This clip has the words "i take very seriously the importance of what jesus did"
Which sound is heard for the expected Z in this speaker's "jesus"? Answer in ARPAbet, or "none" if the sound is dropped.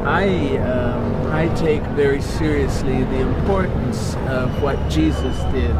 Z